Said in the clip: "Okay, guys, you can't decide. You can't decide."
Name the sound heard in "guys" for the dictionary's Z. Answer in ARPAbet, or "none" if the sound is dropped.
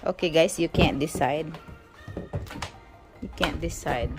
S